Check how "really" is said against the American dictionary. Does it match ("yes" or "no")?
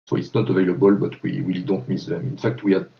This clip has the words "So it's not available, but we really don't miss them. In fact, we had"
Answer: no